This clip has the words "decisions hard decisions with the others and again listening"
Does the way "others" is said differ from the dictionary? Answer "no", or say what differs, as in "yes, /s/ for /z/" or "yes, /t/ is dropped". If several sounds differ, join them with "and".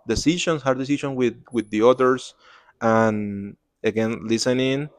yes, /s/ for /z/